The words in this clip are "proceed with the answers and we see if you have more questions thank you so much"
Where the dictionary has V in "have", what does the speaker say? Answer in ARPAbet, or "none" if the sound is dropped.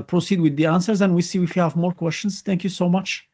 V